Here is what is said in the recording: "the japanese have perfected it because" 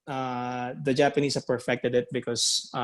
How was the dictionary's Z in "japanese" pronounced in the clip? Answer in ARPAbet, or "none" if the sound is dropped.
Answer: S